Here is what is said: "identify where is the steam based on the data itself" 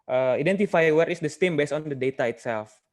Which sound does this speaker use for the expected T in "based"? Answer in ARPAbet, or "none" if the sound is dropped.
none